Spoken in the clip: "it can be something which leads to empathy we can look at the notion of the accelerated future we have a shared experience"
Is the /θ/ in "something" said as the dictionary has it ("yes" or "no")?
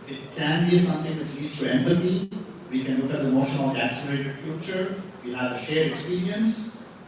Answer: no